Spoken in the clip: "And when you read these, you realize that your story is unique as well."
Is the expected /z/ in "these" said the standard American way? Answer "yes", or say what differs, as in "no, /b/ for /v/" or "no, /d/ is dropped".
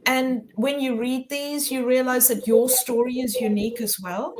yes